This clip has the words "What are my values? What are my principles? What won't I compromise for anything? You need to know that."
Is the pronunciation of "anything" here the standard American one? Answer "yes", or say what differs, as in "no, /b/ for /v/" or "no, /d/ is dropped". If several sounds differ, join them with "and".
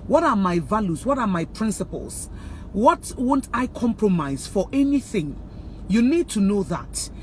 yes